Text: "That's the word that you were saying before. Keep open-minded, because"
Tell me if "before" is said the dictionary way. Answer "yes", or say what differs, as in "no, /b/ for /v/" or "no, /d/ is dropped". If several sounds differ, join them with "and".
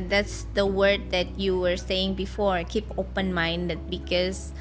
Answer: yes